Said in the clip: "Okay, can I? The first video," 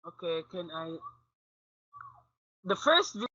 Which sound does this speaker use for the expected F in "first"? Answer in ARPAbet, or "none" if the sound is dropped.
F